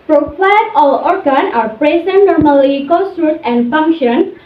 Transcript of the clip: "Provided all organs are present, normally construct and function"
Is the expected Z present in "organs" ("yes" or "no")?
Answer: no